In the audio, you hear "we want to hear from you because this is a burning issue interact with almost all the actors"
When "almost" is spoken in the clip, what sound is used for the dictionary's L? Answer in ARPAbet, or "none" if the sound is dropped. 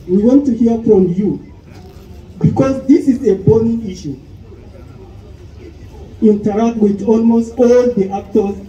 L